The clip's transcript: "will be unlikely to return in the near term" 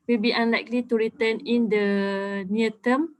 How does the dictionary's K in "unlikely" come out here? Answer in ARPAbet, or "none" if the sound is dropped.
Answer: K